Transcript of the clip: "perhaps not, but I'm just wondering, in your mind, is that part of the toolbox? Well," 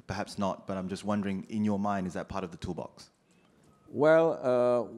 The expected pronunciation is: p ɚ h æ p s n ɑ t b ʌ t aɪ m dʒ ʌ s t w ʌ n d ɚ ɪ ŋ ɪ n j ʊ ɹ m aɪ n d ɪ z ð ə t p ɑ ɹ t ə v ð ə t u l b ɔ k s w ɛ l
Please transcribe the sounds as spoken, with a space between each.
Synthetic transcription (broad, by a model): p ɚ h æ p s n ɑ t b ʌ t aɪ m dʒ ʌ s t w ʌ n d ɚ ɪ ŋ ɪ n j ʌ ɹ m aɪ n d ɪ z ð ə t p ɑ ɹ t ə v ð ə t u l b ɔ k s w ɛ l